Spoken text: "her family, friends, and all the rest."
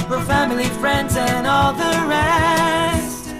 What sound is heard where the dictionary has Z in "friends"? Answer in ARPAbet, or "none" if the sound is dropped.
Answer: Z